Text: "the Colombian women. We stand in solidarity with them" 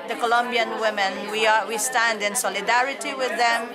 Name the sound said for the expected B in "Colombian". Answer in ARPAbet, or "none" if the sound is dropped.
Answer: B